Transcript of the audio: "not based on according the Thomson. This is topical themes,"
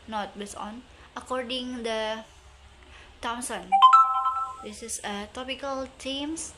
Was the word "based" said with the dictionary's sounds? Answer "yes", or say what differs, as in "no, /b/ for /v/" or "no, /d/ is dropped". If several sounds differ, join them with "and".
no, /t/ is dropped